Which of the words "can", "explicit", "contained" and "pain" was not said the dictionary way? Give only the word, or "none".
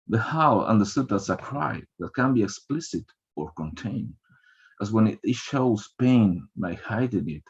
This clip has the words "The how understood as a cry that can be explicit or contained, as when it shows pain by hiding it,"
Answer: none